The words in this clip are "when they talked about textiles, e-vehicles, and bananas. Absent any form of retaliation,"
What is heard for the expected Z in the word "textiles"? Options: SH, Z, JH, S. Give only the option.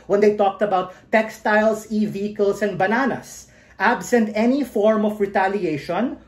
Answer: S